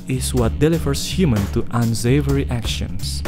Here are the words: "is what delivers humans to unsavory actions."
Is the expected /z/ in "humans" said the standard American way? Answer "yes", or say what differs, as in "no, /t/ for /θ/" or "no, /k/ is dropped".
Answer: no, /z/ is dropped